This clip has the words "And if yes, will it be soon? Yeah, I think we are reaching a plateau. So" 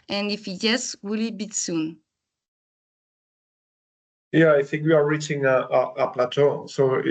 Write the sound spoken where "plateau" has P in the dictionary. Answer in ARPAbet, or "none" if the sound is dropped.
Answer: P